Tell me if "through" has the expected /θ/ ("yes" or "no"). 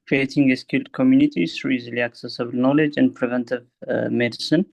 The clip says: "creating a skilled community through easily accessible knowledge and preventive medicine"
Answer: no